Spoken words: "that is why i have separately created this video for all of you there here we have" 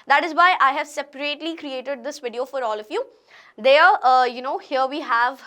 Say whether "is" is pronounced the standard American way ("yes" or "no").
yes